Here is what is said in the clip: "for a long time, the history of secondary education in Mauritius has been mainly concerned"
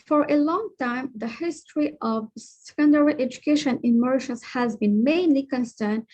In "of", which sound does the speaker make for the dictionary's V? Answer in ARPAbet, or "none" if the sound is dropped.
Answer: V